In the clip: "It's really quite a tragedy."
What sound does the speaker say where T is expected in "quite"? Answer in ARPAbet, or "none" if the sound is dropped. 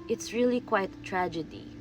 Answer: none